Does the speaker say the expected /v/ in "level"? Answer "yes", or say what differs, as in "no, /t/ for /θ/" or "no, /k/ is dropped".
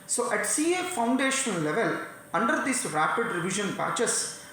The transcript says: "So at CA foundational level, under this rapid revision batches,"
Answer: yes